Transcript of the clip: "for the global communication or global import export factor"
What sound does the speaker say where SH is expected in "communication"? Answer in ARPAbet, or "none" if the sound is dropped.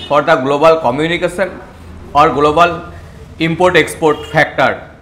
S